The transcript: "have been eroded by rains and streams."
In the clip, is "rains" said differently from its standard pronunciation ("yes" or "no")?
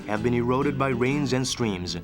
no